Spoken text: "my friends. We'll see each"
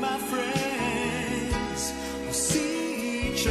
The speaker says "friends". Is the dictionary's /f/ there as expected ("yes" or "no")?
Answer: yes